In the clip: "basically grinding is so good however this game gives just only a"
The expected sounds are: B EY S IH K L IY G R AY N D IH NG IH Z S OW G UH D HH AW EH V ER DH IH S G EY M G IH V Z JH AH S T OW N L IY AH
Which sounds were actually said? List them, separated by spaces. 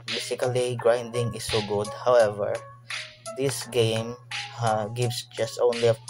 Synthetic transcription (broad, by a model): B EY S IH K L IY G R AY N D IH NG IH S OW G UH D HH AW EH V ER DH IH S G EY M G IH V S JH AH S T OW N L IY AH